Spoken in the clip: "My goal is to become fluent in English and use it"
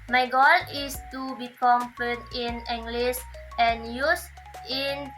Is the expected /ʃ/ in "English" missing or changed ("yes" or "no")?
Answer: yes